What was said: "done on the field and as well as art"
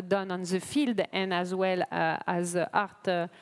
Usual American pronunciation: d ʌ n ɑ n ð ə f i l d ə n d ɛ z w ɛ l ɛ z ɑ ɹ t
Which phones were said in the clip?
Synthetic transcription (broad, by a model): d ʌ n ɑ n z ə f i l d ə n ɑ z w ɛ l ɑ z ɑ ɹ t